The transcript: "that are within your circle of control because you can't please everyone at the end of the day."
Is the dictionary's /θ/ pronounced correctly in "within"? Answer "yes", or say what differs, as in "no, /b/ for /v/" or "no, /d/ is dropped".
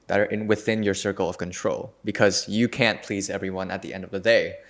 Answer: yes